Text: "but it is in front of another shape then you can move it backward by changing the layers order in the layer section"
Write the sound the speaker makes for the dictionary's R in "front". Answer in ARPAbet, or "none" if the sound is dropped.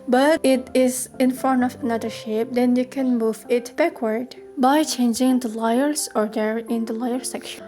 none